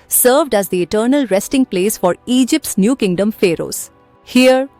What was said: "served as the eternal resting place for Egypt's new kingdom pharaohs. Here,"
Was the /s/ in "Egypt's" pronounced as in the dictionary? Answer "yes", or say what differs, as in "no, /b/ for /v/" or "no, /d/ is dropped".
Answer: yes